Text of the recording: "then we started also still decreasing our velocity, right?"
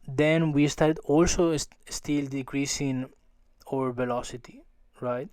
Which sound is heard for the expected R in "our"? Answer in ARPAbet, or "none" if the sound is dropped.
R